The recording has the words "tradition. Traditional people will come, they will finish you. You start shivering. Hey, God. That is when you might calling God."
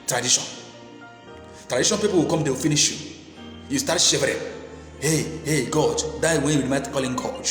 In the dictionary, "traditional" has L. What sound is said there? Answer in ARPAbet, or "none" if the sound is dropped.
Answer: N